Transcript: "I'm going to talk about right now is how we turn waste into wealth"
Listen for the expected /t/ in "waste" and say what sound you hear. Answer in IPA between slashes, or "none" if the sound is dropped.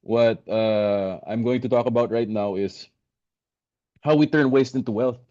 /t/